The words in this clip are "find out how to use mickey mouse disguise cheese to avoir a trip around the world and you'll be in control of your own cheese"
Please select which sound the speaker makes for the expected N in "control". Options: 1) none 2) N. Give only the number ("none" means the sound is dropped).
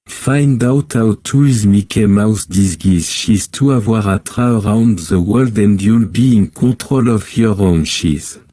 1